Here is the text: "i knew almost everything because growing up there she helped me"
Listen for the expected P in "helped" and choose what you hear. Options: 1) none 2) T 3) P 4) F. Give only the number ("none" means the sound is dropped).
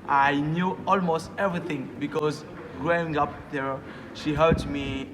1